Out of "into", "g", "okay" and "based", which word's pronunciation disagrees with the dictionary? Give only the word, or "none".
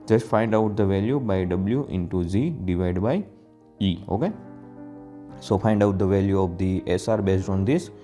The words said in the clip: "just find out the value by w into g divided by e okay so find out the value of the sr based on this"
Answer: g